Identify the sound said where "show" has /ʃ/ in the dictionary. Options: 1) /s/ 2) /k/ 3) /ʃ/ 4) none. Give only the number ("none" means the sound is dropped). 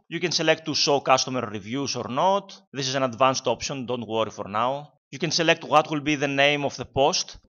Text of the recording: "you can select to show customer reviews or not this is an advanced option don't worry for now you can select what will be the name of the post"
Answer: 1